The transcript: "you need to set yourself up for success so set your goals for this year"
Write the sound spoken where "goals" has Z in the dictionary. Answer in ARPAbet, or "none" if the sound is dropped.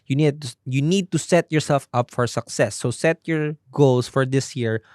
S